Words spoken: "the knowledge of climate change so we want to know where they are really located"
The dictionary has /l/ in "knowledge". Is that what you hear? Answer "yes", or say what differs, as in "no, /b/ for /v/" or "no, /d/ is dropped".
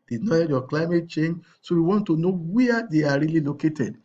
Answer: no, /l/ is dropped